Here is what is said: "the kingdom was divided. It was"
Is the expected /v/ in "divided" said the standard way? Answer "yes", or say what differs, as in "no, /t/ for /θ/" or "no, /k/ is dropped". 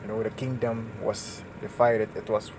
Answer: no, /f/ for /v/